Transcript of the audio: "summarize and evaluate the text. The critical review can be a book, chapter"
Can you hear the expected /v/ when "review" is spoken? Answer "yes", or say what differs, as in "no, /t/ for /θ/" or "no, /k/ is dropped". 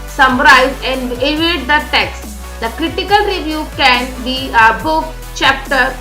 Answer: yes